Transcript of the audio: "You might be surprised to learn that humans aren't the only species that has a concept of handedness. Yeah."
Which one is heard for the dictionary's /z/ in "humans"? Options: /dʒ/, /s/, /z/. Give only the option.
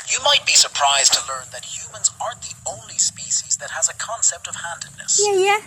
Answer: /z/